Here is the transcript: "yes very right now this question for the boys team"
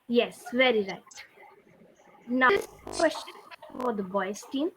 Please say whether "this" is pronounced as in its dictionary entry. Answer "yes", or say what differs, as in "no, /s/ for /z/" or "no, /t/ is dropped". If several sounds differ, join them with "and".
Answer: no, /s/ is dropped